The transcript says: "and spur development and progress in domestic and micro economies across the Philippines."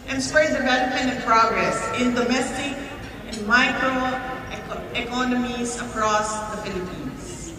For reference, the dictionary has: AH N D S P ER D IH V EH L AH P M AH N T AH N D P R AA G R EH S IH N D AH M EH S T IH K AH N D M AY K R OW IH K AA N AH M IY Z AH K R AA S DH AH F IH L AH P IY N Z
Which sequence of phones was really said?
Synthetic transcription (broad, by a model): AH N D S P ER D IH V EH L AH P AH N AH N P R AA G R EH S IH N D AH M EH S T IH K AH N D M AY K R OW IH K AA N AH M IY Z AH K R AA S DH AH F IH L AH P IY N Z